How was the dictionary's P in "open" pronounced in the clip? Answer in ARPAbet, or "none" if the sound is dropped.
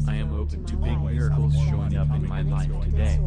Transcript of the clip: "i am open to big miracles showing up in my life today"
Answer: P